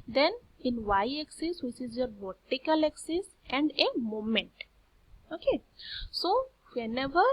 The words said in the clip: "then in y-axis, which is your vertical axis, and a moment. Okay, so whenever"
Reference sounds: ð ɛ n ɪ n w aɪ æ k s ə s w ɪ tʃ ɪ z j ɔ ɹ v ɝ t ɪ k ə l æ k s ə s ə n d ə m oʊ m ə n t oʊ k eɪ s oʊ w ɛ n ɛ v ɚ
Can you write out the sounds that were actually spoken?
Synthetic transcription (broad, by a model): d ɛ n ɪ n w aɪ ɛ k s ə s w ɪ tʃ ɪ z j ɔ ɹ b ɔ t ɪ k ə l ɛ k s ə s ə n d ə m oʊ m ə n t oʊ k eɪ s oʊ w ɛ n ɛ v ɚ